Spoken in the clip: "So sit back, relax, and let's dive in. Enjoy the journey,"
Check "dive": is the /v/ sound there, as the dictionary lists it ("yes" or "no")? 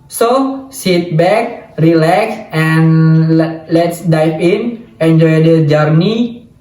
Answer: no